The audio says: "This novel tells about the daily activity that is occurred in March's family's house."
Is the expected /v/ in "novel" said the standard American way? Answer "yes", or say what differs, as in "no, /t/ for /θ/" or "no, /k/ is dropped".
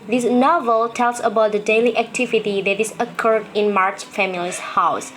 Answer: yes